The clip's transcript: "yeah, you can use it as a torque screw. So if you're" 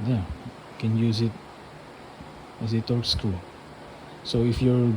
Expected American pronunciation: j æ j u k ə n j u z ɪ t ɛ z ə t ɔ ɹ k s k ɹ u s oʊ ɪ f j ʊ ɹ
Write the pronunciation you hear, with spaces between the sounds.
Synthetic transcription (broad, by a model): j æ k ə n j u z ɪ t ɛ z ə t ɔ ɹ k s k u s oʊ ɪ f j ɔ ɹ